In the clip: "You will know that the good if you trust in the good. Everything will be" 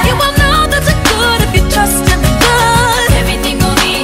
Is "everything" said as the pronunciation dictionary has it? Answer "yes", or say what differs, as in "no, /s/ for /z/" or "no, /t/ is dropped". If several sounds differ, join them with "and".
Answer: no, /ɹ/ is dropped